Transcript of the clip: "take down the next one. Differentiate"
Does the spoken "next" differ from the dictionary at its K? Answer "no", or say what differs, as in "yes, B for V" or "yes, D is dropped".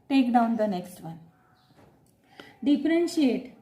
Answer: no